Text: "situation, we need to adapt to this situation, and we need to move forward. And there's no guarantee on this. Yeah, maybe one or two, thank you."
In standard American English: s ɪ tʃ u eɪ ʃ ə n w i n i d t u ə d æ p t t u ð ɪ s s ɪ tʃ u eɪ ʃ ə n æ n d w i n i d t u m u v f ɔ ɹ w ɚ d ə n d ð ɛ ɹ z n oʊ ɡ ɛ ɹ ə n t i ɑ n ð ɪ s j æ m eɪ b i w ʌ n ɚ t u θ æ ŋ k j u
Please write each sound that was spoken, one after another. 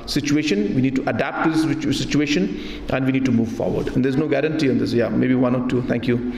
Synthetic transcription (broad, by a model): s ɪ tʃ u eɪ ʃ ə n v i n i d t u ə d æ p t t u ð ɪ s s ɪ tʃ u eɪ ʃ ə n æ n d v i n i d t u m u v f ɔ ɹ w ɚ d ə n d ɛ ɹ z n oʊ ɡ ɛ ɹ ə n t i ɑ n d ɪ s j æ m eɪ b i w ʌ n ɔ t u t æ ŋ k j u